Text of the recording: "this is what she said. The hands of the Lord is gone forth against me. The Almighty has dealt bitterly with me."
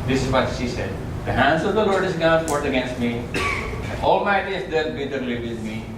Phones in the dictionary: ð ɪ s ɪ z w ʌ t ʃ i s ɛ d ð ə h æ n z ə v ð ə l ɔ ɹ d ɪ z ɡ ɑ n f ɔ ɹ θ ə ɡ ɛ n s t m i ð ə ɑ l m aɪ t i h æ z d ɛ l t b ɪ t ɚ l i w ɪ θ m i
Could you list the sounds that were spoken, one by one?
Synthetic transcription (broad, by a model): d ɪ s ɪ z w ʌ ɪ ʃ i s ɛ d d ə h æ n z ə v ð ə l ɔ ɹ d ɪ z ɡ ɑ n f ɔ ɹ t ə ɡ ɛ n s t m i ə ɑ l m aɪ t i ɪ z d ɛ t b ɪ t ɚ l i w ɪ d m i